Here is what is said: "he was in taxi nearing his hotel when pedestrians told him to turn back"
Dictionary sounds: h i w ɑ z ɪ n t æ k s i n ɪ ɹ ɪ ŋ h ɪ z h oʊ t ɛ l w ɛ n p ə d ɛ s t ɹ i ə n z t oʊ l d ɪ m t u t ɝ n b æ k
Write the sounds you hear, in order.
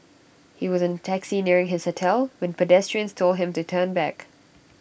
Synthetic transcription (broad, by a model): h i w ɑ z ɪ n t æ k s i n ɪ ɹ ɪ ŋ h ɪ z h oʊ t ɛ l w ɛ n p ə d ɛ s t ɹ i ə n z t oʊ l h ɪ m t u t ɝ n b æ k